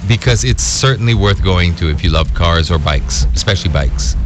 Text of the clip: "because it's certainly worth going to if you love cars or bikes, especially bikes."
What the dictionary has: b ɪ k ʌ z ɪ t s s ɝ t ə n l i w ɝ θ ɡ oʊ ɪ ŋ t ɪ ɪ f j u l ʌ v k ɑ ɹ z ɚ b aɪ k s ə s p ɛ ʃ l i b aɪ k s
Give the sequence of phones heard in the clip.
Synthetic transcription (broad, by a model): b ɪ k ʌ z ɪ t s s ɝ t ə n l i w ɝ θ ɡ oʊ ɪ ŋ t ɪ ɪ f j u l ʌ v k ɑ ɹ z ɚ b aɪ k s ə s p ɛ ʃ l i b aɪ k s